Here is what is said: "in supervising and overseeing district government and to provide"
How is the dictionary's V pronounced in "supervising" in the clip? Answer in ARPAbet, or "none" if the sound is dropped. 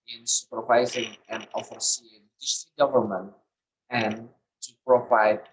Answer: V